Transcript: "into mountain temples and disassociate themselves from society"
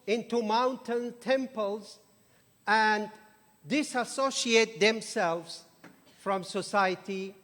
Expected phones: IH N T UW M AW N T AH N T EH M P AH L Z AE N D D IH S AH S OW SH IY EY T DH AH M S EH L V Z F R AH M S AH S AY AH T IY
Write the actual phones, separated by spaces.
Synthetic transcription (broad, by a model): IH N T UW M AW N T AH N T EH M P AH L Z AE N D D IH S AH S OW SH IY EY T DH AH M S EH L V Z F R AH M S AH S AY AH T IY